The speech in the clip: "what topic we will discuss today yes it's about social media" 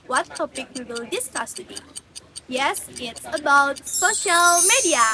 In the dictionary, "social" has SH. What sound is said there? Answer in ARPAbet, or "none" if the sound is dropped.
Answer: SH